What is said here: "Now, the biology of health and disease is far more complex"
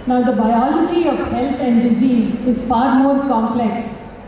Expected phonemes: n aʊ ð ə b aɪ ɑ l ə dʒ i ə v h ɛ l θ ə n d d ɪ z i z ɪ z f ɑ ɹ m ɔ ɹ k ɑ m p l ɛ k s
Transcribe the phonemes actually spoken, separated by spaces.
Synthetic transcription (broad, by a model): n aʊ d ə b aɪ ɑ l ə dʒ i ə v h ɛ l t ə n d d ɪ z i z ɪ z f ɑ ɹ m ɔ ɹ k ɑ m p l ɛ k s